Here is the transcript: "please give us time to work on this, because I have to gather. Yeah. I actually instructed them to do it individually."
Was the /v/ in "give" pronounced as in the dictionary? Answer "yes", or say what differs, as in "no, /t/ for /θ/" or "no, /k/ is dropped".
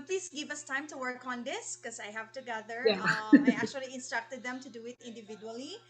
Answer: yes